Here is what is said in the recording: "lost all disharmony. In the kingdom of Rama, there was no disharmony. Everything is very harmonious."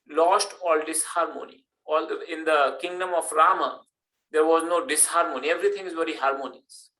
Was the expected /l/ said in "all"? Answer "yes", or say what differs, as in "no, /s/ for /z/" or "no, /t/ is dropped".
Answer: yes